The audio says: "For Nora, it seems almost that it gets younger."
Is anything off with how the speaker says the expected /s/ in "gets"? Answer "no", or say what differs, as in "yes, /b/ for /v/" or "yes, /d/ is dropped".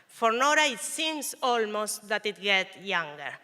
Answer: yes, /s/ is dropped